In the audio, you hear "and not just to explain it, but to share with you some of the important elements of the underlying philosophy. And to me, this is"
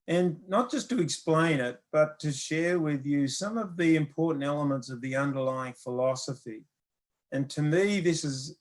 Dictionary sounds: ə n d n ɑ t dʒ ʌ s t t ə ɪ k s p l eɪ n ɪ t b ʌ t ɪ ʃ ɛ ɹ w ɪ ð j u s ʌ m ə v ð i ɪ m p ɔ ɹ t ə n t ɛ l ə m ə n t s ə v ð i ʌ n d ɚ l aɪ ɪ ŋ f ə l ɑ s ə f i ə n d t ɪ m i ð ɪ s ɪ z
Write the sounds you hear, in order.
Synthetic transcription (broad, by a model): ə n n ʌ t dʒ ʌ s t t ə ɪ k s p l eɪ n ɪ t b ʌ t ɪ ʃ ɛ ɹ w ɪ ð j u s ʌ m ə v ð i ɪ m p ɔ ɹ t n t ɛ l ə m ə n t s ə v ð i ʌ n d ɚ l aɪ ɪ ŋ f ə l ɑ s ə f i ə n t ɪ m i ð ɪ s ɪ z